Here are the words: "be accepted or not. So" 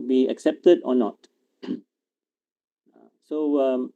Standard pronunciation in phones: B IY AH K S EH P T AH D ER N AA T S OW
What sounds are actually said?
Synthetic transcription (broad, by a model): B IY AH K S EH P T AH D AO N AA T S OW